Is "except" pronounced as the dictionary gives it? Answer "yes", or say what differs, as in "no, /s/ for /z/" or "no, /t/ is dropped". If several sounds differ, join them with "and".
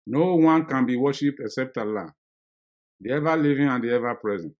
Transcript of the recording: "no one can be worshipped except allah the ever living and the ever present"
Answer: yes